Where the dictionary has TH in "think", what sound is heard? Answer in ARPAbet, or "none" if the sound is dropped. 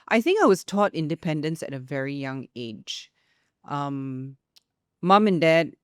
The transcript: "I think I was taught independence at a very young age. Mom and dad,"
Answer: TH